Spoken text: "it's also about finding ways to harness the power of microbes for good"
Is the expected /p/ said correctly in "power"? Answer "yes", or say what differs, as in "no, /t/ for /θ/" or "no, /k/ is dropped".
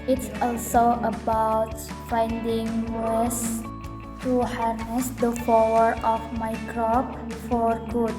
no, /f/ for /p/